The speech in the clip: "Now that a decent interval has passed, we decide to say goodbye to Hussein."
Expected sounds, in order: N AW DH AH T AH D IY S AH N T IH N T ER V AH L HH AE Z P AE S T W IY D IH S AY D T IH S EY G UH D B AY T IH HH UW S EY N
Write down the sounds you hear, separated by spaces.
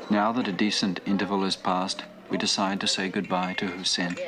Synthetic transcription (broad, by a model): N AW DH AH T AH D IY S AH N T IH N T ER V AH L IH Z P AE S T W IY D IH S AY D T IH S EY G UH D B AY T IH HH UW S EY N